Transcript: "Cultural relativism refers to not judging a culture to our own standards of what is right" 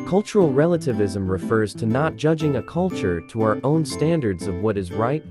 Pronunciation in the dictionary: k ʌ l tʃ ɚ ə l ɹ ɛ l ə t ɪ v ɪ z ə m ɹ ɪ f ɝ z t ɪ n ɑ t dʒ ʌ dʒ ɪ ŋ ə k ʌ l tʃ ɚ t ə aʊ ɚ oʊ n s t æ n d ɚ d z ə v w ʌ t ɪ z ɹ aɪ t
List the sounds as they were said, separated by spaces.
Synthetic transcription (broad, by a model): k ʌ l tʃ ɚ l ɹ ɛ l ə t ɪ v ɪ z ə m ɹ ɪ f ɝ z t ɪ n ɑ t dʒ ʌ dʒ ɪ ŋ ə k ʌ l tʃ ɚ t ə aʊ ɚ oʊ n s t æ n d ɚ d z ə v w ʌ t ɪ z ɹ aɪ t